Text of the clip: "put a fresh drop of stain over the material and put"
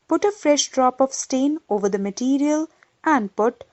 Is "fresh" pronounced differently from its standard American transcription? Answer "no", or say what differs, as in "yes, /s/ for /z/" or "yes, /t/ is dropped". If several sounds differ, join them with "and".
no